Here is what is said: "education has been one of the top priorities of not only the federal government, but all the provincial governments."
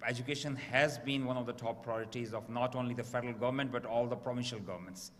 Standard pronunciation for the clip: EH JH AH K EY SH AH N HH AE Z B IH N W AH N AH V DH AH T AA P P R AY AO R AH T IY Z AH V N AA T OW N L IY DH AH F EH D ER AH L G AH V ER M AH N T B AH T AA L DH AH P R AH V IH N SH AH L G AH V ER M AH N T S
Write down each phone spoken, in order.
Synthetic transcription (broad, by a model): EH JH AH K EY SH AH N HH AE Z B IH N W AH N AH V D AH T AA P P R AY AO R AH T IY Z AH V N AA T OW N L IY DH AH F EH D ER AH L G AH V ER M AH N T B AH T AA L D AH P R AH V IH N SH AH L G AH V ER M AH N T S